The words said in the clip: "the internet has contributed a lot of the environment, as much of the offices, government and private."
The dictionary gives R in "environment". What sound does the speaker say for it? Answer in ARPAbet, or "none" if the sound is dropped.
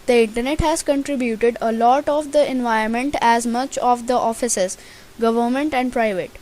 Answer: none